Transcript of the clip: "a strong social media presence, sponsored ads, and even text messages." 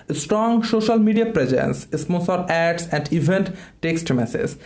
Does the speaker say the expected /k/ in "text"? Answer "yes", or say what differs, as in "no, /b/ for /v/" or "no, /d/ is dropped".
yes